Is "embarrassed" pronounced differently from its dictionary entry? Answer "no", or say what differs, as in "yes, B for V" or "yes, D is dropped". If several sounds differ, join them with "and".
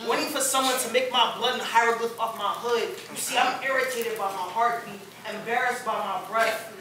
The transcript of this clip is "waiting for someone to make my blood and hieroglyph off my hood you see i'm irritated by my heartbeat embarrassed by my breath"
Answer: no